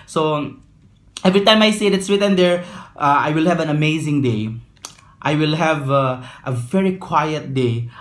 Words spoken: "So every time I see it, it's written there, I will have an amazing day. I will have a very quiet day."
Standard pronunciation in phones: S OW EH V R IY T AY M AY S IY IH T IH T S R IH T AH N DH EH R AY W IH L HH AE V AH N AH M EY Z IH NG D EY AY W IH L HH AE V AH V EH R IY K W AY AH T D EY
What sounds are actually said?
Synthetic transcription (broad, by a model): S OW EH V R IY T AY M AY S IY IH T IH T S W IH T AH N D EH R AY W IH L HH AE V AH N AH M EY Z IH NG D EY AY W IH L HH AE V AH V EH R IY K W AY AH T D EY